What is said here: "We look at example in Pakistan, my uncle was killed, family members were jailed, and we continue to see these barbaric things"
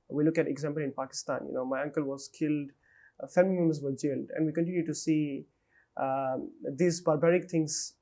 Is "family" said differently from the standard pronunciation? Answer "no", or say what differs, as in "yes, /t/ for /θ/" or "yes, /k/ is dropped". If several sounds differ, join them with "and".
yes, /l/ is dropped